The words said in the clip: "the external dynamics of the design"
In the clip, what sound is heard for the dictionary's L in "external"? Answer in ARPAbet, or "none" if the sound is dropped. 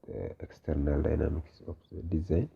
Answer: L